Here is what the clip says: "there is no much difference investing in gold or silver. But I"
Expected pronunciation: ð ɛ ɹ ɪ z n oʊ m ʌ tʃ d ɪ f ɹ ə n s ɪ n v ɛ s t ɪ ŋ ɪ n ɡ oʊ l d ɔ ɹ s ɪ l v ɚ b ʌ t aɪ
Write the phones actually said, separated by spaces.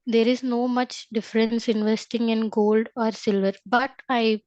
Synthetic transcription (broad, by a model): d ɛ ɹ ɪ z n oʊ m ʌ tʃ d ɪ f ɹ ə n s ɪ n v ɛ s t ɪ ŋ ɪ n ɡ oʊ l d ɔ ɹ s ɪ l v ɚ b ʌ t aɪ